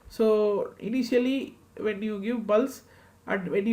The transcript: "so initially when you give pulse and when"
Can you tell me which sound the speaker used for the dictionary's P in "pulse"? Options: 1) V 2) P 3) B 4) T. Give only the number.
3